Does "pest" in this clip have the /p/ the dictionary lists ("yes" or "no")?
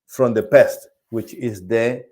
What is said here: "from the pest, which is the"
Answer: yes